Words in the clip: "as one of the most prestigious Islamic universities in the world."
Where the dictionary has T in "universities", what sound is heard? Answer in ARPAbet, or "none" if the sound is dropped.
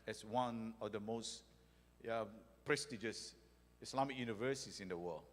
S